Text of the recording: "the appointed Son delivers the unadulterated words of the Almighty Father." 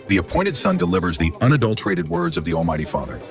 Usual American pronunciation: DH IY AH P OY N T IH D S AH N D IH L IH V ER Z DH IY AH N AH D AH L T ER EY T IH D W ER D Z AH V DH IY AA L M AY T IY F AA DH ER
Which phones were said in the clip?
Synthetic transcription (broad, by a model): DH IY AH P OY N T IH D S AH N D IH L IH V ER Z DH IY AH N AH D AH L T ER EY T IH D W ER D Z AH V DH IY AA L M AY T IY F AA DH ER